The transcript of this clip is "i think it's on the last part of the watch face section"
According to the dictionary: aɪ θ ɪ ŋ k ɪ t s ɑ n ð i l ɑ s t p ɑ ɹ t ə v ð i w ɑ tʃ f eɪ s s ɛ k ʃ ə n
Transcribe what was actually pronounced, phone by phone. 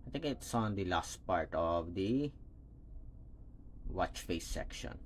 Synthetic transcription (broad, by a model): aɪ t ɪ ŋ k ɪ t s ɑ n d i l ɑ s t p ɑ ɹ t ə v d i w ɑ tʃ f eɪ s s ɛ k ʃ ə n